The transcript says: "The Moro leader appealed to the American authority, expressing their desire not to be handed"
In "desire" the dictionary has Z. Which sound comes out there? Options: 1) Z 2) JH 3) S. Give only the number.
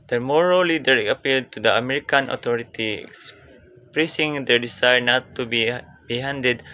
3